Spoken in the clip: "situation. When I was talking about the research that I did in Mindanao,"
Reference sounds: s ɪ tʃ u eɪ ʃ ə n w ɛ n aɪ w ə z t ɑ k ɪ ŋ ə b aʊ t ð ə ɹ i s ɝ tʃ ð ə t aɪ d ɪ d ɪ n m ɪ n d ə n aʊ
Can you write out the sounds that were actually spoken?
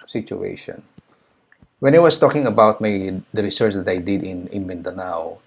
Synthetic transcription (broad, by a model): s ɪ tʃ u eɪ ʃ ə n w ɛ n aɪ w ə s t ɑ k ɪ ŋ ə b aʊ t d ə ɹ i s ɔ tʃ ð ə t aɪ d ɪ d ɪ n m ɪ n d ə n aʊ